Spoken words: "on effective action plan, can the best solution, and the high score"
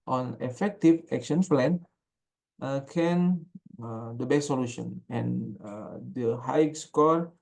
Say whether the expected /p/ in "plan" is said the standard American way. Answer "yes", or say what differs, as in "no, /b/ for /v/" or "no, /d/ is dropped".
no, /f/ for /p/